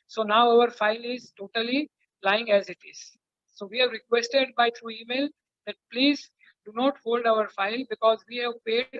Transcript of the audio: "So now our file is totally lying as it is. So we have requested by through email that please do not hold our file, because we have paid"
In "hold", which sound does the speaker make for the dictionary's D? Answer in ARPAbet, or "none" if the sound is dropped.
D